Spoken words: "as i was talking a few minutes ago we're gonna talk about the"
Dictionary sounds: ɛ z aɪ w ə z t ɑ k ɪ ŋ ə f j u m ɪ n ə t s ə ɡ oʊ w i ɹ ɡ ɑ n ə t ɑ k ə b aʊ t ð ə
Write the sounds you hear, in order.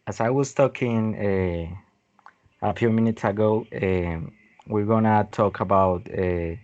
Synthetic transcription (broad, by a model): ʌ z aɪ w ə z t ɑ k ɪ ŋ ə p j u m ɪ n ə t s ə ɡ oʊ w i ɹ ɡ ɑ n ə t ɑ k ə b aʊ t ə